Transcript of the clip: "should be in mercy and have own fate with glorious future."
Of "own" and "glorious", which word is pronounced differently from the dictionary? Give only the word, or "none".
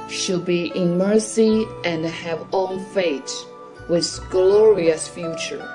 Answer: own